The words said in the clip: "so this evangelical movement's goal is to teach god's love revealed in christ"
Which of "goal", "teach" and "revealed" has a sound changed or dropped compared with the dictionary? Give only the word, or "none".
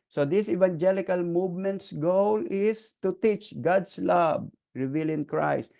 revealed